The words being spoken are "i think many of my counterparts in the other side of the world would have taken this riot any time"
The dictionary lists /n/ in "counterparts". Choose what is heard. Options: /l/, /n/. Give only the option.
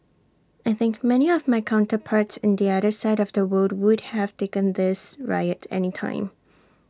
/n/